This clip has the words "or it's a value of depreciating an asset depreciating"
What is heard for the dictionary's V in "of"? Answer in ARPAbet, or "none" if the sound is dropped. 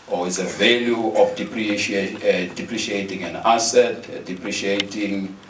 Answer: P